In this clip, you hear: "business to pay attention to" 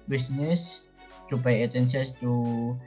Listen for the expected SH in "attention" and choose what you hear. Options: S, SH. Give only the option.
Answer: S